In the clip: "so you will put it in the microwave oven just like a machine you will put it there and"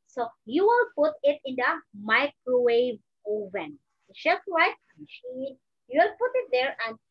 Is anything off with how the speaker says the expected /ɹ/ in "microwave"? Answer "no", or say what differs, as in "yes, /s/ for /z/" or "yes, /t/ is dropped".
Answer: no